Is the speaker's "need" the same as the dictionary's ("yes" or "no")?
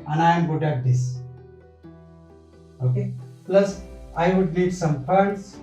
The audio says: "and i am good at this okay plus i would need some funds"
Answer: no